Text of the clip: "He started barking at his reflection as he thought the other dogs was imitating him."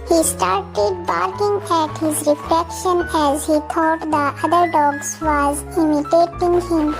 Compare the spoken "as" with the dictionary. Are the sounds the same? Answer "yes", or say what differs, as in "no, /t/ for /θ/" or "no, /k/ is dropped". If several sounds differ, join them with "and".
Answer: yes